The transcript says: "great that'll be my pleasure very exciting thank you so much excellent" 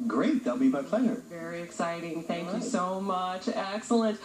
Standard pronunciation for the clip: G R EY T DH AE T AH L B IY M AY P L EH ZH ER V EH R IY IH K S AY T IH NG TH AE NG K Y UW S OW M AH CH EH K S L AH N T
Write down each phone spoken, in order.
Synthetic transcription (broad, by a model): G R EY T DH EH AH L B IY M AY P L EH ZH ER V EH R IY IH K S AY T IH NG TH AE NG K Y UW S OW M AH CH EH K S L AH N T